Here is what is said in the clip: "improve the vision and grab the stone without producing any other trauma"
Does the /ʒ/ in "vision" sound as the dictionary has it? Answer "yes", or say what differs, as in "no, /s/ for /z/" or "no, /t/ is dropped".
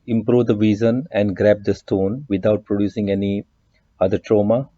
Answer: no, /z/ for /ʒ/